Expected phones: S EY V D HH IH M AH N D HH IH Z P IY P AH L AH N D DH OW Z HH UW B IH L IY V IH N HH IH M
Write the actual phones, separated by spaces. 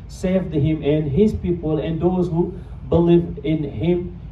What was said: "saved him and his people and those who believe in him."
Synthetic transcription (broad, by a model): S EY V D HH IH M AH N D HH IH Z P IY P AH L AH N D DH OW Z HH UW B IH L IY V IH N HH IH M